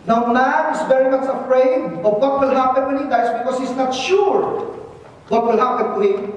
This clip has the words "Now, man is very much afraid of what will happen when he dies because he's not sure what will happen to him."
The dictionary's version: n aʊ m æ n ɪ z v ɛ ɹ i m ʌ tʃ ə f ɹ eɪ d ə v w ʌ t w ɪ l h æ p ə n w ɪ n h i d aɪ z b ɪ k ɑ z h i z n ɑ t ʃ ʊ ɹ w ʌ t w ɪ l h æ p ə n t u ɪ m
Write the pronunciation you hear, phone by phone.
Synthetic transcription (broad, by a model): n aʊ m æ n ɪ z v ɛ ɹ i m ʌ s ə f ɹ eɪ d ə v w ʌ t w ɪ l h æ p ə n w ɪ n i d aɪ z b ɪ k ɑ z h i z n ɑ t ʃ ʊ ɹ w ʌ t w ɪ l h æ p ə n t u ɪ